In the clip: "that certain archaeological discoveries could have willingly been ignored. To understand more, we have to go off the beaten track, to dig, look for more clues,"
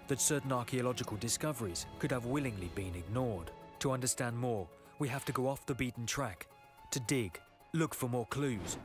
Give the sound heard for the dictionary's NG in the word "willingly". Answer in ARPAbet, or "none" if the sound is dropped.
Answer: NG